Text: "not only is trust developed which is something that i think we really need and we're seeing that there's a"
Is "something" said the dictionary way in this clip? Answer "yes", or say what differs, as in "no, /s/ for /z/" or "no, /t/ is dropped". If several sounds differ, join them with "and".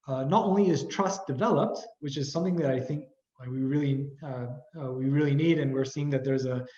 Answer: yes